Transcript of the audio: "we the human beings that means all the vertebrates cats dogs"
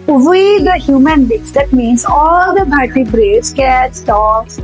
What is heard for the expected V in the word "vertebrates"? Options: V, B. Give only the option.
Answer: B